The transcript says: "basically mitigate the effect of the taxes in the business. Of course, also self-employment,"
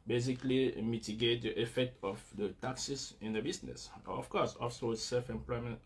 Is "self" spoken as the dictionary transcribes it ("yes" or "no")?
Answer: yes